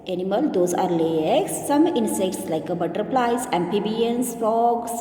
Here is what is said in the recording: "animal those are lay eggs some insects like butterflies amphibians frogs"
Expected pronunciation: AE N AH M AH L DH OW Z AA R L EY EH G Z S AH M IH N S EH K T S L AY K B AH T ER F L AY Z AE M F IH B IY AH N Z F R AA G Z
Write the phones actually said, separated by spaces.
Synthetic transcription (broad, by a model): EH N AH M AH L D OW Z AA R L EY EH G S AH M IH N S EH K T S L AY K B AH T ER P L AY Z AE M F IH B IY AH N S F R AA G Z